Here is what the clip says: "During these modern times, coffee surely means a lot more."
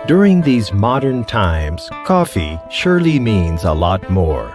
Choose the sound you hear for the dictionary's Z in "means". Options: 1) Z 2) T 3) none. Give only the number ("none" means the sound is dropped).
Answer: 1